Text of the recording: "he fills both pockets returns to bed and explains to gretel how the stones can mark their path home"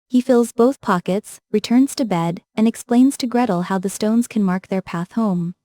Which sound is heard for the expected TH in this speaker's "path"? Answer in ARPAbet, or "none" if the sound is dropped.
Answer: TH